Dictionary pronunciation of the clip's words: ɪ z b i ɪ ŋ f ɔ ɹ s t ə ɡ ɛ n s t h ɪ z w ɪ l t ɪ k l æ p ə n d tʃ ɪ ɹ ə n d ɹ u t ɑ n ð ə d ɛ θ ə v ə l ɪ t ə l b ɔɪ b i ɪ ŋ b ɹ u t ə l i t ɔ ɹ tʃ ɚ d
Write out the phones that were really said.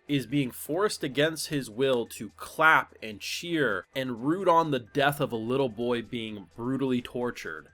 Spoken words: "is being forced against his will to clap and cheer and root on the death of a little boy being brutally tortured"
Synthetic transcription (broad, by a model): ɪ z b i ɪ ŋ f ɔ ɹ s t ə ɡ ɛ n s t h ɪ z w ɪ l t ɪ k l æ p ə n tʃ ɪ ɹ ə n ɹ u t n ð ə d ɛ θ ə v ə l ɪ t l b ɔɪ b i ɪ ŋ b ɹ u t l i t ɔ ɹ tʃ ɚ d